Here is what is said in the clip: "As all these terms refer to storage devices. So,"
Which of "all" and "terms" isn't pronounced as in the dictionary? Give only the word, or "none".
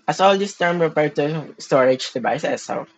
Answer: terms